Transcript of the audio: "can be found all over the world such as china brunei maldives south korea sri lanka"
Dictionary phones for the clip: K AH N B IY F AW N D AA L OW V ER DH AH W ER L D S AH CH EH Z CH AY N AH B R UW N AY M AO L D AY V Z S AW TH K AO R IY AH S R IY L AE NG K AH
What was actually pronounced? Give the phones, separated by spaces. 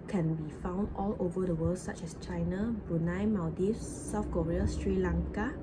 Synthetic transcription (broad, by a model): K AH N B IY F AW N D AA L OW V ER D AH W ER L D S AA CH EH S CH AY N AH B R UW N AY M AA D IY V S AW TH K AO R IY AH S R IY L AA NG K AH